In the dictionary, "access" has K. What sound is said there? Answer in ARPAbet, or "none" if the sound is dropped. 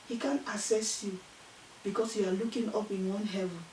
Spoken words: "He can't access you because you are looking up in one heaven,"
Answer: none